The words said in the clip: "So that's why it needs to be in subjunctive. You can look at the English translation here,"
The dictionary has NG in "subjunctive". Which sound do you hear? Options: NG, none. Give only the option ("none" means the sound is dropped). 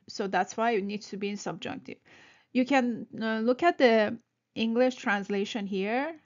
NG